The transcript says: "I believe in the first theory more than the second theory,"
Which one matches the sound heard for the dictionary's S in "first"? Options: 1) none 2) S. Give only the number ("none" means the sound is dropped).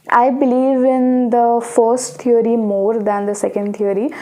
2